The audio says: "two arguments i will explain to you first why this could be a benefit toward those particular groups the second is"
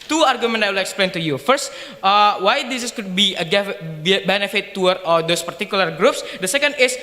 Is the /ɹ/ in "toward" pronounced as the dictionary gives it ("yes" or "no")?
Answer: no